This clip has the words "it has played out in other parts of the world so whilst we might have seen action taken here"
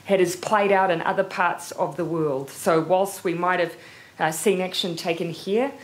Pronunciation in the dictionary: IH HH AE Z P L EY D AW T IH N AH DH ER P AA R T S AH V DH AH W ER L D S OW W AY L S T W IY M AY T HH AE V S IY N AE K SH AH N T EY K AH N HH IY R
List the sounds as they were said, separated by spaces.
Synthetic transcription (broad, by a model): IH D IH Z P L EY D AW T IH N AH DH ER P AA R T S AH V DH AH W ER L D S OW W AY L S T W IY M AY T HH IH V S IY N AE K SH AH N T EY K AH N HH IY R